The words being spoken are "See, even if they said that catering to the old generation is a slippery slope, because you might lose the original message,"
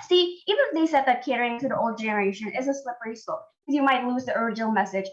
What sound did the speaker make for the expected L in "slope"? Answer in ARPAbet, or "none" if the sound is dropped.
none